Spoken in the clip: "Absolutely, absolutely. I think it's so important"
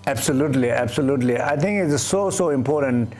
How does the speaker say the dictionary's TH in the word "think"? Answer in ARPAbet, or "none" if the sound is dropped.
T